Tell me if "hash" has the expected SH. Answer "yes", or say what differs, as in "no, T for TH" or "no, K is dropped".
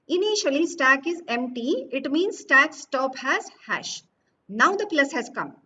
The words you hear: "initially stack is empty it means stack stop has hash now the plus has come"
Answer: yes